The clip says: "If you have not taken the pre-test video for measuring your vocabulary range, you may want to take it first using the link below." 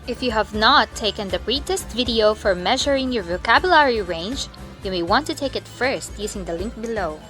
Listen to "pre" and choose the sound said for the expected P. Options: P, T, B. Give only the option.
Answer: B